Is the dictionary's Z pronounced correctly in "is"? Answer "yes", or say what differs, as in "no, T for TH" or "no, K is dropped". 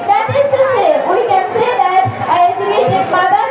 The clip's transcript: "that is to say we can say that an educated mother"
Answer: no, S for Z